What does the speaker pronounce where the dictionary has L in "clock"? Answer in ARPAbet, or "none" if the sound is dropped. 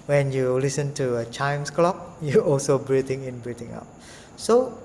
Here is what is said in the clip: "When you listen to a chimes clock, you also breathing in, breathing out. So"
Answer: L